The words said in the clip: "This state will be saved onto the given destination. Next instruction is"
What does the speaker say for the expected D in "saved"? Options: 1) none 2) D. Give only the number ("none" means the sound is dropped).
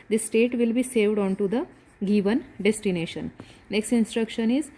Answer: 2